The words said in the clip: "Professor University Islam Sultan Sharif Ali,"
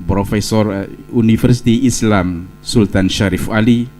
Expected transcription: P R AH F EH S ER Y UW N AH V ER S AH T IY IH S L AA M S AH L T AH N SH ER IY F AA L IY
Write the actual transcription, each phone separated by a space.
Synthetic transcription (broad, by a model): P R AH F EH S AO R UW N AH F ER S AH T IY IH S L AA M S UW L T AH N SH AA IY F AA L IY